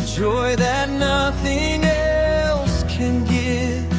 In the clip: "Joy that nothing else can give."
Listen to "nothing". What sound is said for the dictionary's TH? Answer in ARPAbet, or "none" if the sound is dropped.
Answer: TH